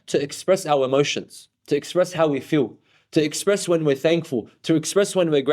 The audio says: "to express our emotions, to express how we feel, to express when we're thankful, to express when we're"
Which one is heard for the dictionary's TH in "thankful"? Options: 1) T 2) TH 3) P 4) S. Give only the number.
2